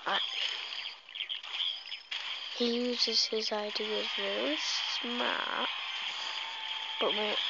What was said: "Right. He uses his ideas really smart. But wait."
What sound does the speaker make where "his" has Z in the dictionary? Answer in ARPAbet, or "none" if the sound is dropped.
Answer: Z